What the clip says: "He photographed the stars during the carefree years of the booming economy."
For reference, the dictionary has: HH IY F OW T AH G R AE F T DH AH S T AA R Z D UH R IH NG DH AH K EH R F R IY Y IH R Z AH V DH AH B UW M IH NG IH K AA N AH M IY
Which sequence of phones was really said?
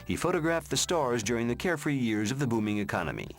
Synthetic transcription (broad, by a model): HH IY F OW T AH G R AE F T DH AH S T AA R Z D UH R IH NG DH AH K EH R F R IY Y IH R Z AH V DH AH B UW M IH NG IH K AA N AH M IY